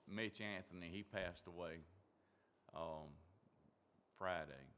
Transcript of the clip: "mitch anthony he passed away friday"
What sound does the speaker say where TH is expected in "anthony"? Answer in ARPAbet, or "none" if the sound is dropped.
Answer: TH